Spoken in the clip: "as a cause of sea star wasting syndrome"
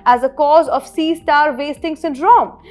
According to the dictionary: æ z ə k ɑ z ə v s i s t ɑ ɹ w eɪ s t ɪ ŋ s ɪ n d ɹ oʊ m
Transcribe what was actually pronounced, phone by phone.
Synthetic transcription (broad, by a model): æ z ə k ɑ z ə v s i s t ɑ ɹ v eɪ s t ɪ ŋ s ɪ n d ɹ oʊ m